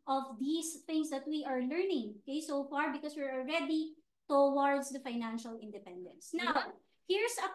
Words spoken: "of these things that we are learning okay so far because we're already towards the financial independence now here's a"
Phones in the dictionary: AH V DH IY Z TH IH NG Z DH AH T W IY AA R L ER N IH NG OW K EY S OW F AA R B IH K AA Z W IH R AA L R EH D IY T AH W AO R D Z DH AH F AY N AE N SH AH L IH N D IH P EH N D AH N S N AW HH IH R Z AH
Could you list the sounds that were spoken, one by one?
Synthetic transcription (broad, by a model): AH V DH IY S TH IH NG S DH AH T W IY AA R L ER N IH NG OW K EY S OW F AA R B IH K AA S W IH R AA L R EH D IY T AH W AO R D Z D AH F AY N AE N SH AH L IH N D IH P EH N D AH N S N AW HH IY R S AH